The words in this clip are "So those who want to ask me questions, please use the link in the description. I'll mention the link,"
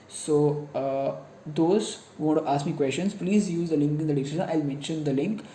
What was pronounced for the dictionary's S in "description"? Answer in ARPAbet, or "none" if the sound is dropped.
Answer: none